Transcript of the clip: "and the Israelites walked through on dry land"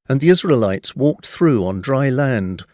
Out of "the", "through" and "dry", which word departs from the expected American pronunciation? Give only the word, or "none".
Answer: none